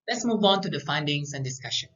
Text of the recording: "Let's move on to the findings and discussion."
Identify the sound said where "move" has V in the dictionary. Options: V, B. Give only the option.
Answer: V